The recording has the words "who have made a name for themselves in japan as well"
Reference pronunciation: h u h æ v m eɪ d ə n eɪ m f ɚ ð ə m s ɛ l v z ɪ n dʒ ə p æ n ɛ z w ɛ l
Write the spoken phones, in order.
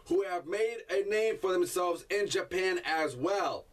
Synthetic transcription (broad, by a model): h u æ v m eɪ d ə n eɪ m f ɚ ð ə m s ɛ l v z ɪ n dʒ ə p æ n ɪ z w ɛ l